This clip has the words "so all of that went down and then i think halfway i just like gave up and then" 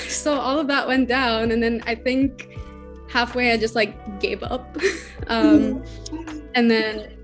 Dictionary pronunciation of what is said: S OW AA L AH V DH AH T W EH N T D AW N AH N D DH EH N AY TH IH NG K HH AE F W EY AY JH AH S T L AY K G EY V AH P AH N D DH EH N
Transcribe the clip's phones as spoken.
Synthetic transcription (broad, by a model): S OW AA L AH V DH AH T W EH N D AW N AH N DH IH N AY TH IH NG K HH AE F W EY AY JH AH S T L AY K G EY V AH P AH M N DH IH N